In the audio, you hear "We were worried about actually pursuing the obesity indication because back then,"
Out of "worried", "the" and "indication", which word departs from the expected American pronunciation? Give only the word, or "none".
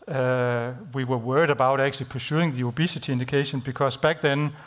none